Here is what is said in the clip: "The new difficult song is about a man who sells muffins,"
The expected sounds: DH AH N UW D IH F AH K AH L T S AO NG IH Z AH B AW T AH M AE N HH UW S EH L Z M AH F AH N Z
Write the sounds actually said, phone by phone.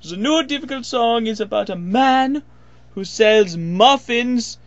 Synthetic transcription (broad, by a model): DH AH N UW D IH F AH K AH L T S AO NG IH Z AH B AW T AH M AE N HH UW S EH L Z M AH F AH N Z